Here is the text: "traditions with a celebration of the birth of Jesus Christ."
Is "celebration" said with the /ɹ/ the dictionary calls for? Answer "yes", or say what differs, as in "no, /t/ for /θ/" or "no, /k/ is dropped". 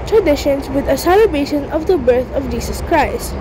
no, /ɹ/ is dropped